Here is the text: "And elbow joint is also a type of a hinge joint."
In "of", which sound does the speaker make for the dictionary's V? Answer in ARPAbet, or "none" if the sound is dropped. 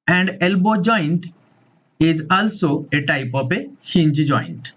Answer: P